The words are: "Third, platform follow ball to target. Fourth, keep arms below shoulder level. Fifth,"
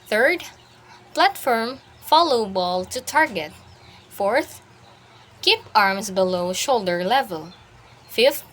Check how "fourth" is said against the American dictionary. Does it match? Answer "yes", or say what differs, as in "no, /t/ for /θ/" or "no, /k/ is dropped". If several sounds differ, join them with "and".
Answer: yes